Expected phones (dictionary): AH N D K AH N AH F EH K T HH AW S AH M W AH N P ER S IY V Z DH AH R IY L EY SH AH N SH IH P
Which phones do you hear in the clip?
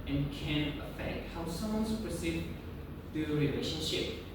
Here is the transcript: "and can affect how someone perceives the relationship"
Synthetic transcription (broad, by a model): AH N K AH N AH F EH K T HH AW S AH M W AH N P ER S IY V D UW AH R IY L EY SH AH N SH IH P